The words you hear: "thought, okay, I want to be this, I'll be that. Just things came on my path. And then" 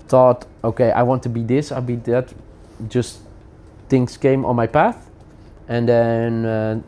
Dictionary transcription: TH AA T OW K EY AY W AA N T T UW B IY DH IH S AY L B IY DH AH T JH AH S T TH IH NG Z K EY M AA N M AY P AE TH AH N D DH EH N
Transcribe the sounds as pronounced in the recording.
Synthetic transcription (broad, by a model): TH AA T OW K EY AY W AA N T T UW B IY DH IH S AY L B IY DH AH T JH AH S T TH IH NG S K EY M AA N M AY P AE TH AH N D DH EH N